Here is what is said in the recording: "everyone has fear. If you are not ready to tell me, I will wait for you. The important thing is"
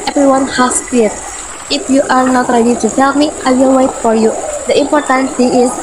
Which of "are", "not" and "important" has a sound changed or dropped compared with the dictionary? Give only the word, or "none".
none